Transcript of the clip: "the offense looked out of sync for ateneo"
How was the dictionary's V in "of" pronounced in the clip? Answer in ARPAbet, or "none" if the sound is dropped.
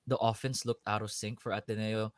W